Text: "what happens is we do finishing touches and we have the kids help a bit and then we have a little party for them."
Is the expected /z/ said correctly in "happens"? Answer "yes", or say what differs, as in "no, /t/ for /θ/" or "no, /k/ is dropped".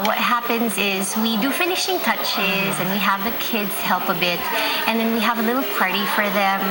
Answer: yes